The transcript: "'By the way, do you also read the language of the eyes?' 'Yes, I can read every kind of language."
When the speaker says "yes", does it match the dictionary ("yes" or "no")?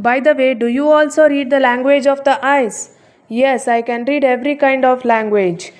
yes